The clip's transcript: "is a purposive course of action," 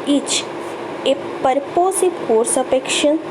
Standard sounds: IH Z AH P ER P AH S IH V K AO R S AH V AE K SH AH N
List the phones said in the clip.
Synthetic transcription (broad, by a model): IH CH AH P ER P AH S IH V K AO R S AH P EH K SH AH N